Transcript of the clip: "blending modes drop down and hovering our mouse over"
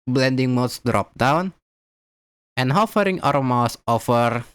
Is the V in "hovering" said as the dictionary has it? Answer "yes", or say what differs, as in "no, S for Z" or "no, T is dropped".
no, F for V